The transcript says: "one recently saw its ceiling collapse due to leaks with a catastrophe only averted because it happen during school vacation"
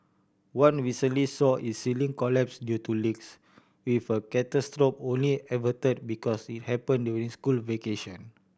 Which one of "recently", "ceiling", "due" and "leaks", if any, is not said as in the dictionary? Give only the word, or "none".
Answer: recently